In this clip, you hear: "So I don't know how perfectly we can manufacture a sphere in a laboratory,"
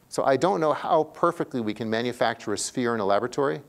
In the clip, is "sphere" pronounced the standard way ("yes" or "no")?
yes